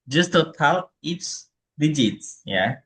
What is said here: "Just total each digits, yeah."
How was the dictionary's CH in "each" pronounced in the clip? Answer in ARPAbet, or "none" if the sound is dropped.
S